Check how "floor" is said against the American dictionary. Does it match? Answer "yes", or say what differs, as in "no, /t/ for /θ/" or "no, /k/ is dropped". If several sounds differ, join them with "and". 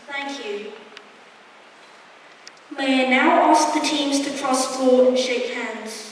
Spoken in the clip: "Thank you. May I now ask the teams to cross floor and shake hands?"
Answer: no, /l/ is dropped